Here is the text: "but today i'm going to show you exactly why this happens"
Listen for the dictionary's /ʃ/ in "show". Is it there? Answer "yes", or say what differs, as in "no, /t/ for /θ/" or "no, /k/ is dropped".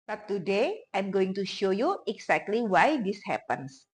yes